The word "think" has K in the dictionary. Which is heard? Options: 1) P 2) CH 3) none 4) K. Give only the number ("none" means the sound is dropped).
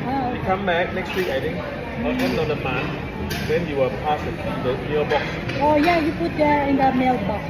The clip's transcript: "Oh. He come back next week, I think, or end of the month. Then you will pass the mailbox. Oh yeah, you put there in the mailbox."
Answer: 3